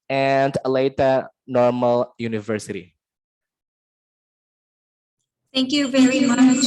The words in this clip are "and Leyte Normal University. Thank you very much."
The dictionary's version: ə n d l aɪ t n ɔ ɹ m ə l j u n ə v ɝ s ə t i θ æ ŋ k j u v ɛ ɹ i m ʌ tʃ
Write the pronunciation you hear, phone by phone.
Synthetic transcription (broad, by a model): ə n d l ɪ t n ɔ ɹ m ə l j u n ə v ɝ s ə t i θ æ ŋ k j u v ɛ ɹ i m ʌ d